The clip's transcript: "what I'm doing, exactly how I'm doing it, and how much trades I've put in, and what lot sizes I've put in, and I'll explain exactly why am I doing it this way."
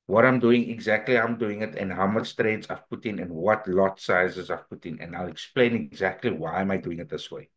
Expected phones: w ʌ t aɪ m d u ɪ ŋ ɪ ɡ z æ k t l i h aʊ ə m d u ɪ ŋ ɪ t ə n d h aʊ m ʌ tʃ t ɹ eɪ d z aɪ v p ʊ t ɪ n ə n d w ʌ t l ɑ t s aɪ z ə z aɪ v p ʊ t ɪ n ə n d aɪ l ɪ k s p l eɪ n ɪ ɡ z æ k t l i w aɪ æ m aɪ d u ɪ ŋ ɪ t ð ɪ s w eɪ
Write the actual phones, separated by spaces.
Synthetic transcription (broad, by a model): w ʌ t aɪ m d u ɪ ŋ ɪ ɡ z æ k t l i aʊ ə m d u ɪ ŋ ɪ t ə n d h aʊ m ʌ s t ɹ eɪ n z aɪ v p ʊ t ɪ n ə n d w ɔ t l ɑ t s aɪ z ə z aɪ v p ʊ t ɪ n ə n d aɪ l ɪ k s p l eɪ n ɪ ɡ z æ k t l i w aɪ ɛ m aɪ d u ɪ ŋ ɪ t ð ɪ s w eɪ